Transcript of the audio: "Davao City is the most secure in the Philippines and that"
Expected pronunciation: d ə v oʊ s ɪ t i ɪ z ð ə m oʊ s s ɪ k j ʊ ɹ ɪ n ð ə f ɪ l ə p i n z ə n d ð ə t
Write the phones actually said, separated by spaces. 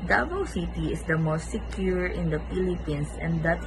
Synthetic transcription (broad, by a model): d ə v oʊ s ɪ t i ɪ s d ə m oʊ s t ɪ k j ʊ ɹ ɪ n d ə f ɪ l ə p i n s ə n d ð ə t